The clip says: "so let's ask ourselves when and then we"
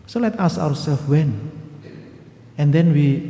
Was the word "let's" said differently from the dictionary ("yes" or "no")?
yes